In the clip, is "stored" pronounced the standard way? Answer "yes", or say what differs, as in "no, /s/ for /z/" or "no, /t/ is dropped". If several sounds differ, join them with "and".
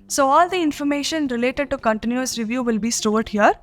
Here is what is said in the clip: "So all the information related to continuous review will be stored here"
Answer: yes